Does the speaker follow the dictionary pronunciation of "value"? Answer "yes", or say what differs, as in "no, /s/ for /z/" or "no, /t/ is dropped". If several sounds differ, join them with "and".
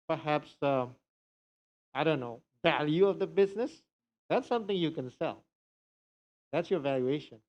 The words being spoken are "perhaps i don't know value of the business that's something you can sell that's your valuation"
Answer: yes